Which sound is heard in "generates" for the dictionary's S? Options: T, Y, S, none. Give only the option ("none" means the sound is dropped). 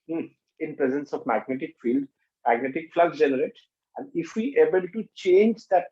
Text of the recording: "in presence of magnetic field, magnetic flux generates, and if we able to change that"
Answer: none